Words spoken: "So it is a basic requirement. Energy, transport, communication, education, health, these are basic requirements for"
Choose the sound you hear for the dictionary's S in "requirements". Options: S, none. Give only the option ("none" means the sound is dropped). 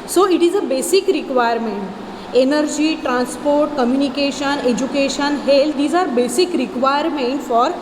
none